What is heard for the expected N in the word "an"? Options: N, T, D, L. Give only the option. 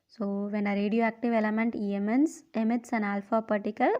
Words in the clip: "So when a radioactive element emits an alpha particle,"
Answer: N